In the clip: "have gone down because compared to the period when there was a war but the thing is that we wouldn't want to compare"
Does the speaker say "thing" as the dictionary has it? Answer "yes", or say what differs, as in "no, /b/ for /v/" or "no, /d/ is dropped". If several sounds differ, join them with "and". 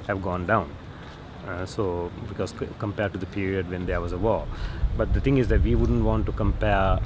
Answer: no, /t/ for /θ/